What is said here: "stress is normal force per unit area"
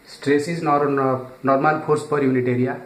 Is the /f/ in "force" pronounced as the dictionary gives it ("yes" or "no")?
no